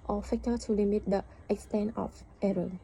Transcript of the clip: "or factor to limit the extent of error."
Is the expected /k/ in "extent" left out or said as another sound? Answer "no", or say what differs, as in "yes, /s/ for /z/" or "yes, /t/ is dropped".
no